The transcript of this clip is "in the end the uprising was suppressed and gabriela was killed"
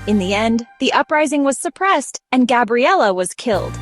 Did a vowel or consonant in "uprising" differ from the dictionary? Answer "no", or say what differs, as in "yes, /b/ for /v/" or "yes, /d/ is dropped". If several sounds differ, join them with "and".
no